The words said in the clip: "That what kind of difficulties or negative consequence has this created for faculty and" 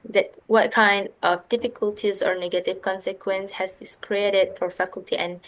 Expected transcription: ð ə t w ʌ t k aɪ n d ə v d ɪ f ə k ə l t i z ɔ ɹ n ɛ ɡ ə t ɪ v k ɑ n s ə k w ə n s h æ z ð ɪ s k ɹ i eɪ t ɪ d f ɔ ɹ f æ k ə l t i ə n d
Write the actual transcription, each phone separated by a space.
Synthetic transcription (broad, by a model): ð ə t w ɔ t k aɪ n d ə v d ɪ f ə k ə l t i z ɔ ɹ n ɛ ɡ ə t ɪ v k ɑ n s ə k w ə n s h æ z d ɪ s k ɹ i eɪ t ɪ d f ɔ ɹ f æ k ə l t i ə n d